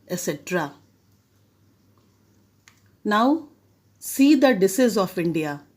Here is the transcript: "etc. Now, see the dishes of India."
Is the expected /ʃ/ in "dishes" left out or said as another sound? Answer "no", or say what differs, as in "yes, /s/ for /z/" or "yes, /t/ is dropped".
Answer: yes, /s/ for /ʃ/